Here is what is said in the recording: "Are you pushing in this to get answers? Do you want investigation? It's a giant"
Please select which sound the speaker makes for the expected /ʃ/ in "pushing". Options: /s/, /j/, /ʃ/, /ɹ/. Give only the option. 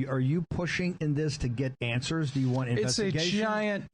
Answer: /ʃ/